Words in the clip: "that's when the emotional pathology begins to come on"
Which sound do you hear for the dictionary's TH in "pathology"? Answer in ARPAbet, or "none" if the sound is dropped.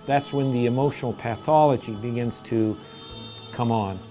TH